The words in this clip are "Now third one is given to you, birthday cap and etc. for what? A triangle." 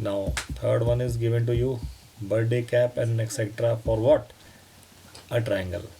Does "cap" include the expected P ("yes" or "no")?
yes